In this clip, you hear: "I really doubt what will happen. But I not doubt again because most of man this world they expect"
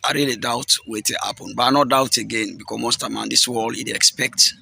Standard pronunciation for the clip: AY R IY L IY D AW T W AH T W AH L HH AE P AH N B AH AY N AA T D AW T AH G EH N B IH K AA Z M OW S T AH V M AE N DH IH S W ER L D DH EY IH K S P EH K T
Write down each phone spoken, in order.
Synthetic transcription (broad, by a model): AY R IY L IY D AW T W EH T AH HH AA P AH N B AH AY N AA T D AW T AH G EH N B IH K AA M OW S T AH M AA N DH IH S W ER L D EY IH K S P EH K T